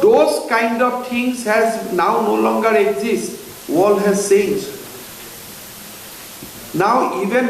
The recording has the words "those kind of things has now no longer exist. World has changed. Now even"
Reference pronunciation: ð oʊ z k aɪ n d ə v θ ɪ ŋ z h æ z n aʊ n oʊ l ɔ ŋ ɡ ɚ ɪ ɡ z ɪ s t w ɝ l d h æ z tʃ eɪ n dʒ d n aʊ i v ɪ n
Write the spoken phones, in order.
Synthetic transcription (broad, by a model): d oʊ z k aɪ n d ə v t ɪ ŋ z h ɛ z n aʊ n oʊ l ɔ ŋ ɡ ɚ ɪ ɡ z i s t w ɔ l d h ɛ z s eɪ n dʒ n aʊ i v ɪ n